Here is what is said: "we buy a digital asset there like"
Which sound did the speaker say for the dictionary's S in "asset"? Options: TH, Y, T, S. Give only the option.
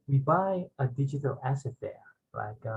S